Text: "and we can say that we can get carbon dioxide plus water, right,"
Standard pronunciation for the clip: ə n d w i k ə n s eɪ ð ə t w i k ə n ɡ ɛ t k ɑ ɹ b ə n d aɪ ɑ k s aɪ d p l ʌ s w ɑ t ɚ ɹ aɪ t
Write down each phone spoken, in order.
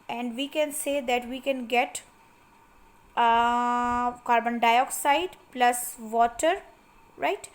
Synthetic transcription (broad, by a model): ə n d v i k ə n s eɪ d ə t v i k ə n ɡ ɛ t k ɑ ɹ b ə n d aɪ ɑ k s aɪ d p l ʌ s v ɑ t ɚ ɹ aɪ t